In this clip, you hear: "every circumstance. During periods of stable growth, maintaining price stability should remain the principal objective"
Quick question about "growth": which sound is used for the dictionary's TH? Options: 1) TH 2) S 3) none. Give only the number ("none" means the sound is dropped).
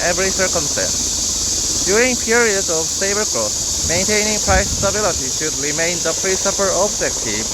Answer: 2